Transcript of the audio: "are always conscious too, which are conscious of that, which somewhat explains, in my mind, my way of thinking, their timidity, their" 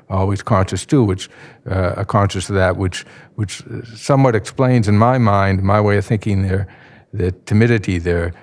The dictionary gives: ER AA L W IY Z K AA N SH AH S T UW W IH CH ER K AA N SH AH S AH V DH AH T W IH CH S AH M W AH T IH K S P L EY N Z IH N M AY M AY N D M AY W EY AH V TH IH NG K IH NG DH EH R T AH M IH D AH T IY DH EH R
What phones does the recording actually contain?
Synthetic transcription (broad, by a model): AA L W IY Z K AA N SH AH S T UW W IH CH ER K AA N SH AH S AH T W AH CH W IH CH S AH M W AH T IH K S P L EY N Z IH N M AY M AY N D M AY W EY AH V TH IH NG K IH NG DH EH R T AH M IH D AH T IY DH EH R